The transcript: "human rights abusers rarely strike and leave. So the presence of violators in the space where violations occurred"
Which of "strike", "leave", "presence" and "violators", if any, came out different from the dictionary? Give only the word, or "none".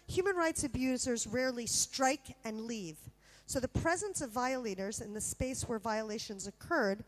none